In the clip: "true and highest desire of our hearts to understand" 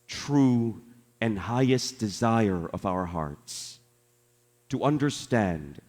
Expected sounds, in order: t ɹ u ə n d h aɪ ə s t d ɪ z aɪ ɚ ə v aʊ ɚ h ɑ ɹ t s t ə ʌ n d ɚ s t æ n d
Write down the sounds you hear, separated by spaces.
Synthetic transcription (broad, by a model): t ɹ u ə n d h aɪ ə s d ɪ z aɪ ɚ ə v aʊ ɚ h ɑ ɹ t s t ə ʌ n d ɚ s t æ n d